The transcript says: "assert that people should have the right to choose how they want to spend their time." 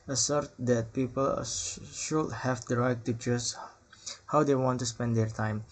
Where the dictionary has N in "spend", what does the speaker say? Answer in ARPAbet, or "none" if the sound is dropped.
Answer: N